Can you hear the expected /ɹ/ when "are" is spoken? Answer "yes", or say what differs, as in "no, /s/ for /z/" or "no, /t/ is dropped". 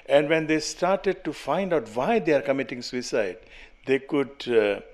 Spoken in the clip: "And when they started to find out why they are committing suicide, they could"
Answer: yes